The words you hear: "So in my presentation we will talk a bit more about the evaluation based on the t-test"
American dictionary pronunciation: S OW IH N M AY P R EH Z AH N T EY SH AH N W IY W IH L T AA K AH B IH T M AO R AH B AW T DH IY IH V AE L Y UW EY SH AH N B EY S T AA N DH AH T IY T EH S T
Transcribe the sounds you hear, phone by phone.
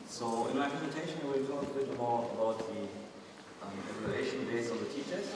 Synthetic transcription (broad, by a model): S OW IH N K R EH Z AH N T EY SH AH N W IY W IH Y T AA K AH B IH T M AO R AH B AW T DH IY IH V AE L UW EY SH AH N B EY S AA N DH AH T IY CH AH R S